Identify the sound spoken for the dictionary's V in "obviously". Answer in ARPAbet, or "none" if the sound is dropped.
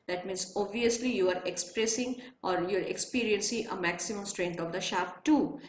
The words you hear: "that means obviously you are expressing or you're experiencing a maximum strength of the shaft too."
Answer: V